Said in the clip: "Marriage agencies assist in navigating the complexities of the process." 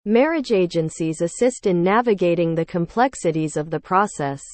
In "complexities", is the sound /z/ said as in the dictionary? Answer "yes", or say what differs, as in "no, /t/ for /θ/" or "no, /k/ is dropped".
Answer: yes